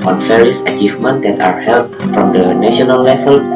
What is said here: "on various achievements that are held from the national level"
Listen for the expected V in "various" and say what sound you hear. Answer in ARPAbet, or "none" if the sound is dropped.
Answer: F